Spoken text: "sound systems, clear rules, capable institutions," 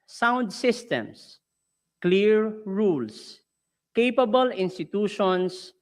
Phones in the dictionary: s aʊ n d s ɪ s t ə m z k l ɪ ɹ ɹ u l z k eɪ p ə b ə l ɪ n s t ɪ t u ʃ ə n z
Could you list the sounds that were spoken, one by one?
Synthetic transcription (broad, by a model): s aʊ n d s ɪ s t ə m s k l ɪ ɹ ɹ u l s k eɪ p ə b ə l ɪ n s t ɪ t u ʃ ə n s